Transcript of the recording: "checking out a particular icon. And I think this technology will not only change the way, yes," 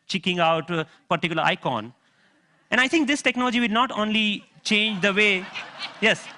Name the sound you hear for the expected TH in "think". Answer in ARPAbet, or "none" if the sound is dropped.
T